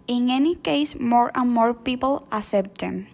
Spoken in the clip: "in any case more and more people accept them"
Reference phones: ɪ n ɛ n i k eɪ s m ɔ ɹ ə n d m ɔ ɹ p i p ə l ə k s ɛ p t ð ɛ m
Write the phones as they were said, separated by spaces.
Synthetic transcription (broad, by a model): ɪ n ɛ n i k eɪ s m ɔ ɹ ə n m ɔ ɹ p i p ə l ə s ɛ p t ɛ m